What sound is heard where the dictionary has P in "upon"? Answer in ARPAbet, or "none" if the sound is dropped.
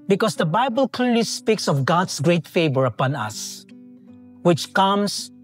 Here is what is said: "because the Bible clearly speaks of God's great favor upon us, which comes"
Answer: P